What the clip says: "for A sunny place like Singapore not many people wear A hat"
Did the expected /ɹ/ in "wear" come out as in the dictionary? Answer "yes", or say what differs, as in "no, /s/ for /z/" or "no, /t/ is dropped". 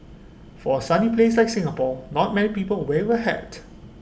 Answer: no, /w/ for /ɹ/